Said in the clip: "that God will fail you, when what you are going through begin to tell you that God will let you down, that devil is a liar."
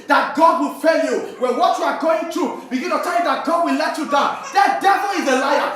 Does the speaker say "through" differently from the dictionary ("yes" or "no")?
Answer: yes